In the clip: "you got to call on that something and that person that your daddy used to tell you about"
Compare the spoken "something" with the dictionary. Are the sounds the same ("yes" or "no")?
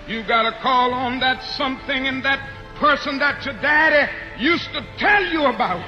yes